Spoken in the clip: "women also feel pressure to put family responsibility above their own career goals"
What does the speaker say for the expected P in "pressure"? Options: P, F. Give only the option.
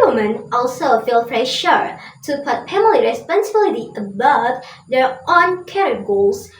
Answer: F